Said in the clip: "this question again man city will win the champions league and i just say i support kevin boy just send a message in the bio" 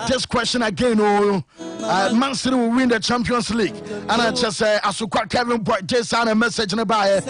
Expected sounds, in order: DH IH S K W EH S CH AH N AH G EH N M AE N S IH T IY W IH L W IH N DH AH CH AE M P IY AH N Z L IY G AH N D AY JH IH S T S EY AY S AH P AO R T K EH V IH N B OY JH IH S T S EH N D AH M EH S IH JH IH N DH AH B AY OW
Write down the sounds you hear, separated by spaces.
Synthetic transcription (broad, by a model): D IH S K W EH S CH AH N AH G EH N M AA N S IH T IY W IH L W IH N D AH CH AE M P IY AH N S L IY G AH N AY CH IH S S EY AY S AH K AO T K EH V IH N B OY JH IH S S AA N AH M EH S IH JH IH N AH B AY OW